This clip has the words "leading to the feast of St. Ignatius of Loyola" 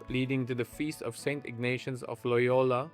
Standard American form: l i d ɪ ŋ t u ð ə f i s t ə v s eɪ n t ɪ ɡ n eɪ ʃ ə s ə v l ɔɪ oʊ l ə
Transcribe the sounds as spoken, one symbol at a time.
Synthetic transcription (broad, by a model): l i d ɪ ŋ t u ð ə f i s t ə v s eɪ n t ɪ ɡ n eɪ ʃ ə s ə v l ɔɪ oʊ l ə